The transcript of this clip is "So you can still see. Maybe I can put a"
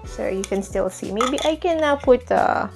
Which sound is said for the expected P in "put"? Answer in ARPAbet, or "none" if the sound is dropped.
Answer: P